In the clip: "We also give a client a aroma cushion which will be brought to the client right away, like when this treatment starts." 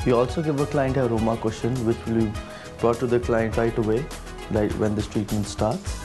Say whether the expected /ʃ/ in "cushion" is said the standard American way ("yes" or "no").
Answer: no